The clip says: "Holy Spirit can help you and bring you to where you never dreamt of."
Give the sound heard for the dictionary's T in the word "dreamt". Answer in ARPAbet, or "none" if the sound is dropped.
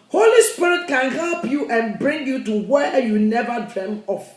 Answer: none